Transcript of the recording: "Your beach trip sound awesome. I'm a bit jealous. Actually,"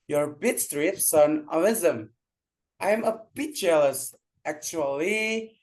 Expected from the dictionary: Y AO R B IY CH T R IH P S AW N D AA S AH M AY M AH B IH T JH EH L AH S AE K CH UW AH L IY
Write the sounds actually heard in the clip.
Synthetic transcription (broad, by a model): Y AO R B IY S T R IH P S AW N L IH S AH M AY M AH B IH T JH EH L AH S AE K CH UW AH L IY